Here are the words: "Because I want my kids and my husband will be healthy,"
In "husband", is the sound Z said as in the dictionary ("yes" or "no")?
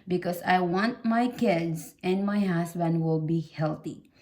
no